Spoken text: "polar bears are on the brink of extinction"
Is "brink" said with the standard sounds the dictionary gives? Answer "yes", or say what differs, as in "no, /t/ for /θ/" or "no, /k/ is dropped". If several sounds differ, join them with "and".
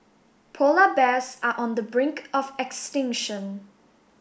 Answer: yes